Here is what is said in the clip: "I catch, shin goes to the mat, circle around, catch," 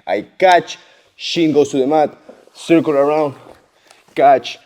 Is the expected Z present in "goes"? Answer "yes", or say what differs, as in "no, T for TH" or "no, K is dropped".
no, S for Z